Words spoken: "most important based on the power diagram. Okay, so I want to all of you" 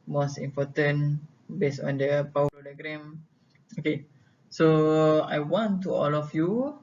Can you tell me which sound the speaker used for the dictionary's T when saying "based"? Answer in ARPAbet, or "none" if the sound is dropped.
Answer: none